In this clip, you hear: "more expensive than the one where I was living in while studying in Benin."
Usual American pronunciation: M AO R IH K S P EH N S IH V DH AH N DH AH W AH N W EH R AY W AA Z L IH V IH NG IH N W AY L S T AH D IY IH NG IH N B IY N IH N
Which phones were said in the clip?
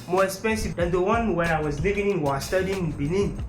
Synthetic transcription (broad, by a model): M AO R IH S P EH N S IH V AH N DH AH W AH N W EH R AY W AA Z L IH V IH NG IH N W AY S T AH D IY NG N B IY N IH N